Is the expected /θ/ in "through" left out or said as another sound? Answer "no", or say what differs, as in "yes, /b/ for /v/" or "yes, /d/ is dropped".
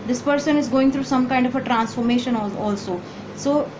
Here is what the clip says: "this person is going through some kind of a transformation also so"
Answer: yes, /t/ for /θ/